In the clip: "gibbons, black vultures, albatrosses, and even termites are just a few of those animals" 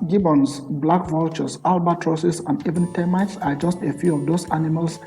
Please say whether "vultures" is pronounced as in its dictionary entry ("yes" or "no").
no